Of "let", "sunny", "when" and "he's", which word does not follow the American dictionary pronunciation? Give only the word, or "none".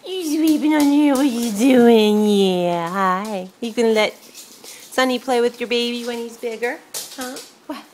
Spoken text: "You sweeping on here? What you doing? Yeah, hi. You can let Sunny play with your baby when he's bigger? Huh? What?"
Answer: none